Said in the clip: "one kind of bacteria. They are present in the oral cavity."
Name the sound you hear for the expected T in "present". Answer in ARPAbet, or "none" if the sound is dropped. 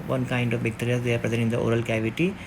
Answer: none